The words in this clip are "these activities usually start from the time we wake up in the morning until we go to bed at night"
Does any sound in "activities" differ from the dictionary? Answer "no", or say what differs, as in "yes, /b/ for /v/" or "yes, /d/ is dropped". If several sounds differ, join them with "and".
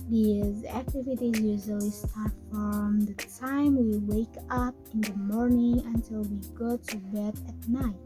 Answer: no